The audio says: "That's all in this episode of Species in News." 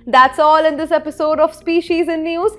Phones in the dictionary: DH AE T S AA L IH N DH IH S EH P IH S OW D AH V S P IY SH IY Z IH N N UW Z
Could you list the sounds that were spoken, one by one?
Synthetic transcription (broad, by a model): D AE T S AA L IH N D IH S EH P IH S OW D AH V S P IY SH IY Z IH N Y UW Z